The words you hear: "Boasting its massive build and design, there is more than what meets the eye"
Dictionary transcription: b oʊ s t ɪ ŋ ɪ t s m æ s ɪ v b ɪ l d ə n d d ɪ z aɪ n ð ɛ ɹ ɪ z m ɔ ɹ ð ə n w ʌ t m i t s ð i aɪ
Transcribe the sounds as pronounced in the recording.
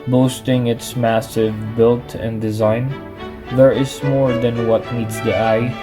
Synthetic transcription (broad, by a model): b oʊ s t ɪ ŋ ɪ t s m æ s ɪ v b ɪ l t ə n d d ɪ z aɪ n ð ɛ ɹ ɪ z m ɔ ɹ ð ə n w ʌ t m i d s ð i aɪ